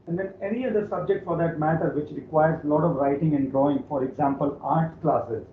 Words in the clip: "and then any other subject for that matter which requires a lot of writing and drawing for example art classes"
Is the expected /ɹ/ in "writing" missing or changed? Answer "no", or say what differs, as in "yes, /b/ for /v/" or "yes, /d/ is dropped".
no